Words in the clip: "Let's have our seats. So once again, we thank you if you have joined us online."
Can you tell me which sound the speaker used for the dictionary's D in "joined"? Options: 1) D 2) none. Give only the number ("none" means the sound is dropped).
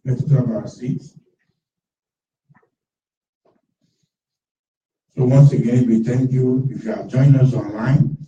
2